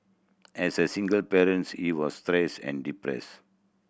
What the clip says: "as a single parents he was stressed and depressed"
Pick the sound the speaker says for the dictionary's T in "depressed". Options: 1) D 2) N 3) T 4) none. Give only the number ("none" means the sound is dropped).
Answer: 4